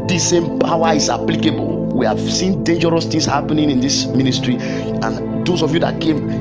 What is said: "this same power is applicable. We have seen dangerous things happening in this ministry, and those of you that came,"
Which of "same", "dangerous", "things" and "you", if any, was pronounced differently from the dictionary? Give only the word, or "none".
things